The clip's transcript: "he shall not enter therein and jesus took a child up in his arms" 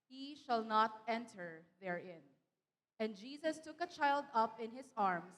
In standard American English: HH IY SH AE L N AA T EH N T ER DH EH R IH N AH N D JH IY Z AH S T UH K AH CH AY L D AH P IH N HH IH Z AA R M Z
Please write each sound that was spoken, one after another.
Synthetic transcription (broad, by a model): HH IY SH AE L N AA T EH N T ER DH EH R IH N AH N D JH IY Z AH S T UH K AH CH AY L D AH P IH N HH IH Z AA R M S